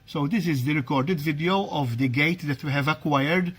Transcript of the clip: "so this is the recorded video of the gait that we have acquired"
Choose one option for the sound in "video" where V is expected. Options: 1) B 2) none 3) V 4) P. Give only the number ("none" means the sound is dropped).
3